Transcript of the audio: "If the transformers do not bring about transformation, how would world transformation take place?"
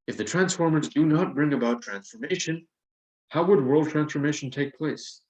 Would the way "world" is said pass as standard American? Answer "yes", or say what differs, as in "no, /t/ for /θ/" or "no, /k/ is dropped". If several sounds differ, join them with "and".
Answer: yes